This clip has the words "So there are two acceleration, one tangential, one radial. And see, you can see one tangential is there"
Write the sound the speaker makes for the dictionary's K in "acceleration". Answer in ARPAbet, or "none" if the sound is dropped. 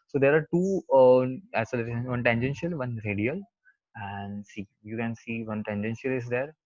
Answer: none